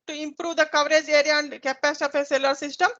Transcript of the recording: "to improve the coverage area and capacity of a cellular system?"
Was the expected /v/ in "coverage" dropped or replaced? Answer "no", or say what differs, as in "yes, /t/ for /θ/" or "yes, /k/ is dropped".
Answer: no